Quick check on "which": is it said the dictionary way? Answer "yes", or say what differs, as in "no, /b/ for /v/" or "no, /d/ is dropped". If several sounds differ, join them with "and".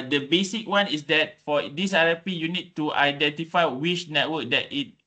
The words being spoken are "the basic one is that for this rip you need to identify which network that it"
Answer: no, /ʃ/ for /tʃ/